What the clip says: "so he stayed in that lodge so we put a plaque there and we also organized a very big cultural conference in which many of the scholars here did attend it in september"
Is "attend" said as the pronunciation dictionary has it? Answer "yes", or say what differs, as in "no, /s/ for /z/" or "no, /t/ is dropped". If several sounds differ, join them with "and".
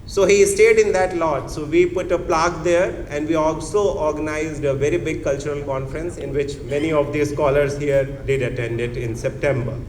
yes